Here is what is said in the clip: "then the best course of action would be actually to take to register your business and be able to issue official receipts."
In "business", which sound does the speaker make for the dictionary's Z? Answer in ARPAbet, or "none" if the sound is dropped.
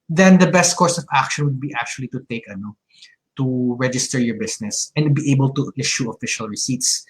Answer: S